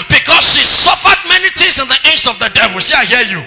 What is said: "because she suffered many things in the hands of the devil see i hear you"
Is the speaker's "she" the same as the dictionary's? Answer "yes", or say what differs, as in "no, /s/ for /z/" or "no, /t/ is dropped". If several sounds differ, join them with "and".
yes